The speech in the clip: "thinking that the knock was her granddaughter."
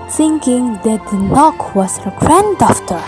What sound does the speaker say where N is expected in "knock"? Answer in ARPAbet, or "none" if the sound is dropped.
N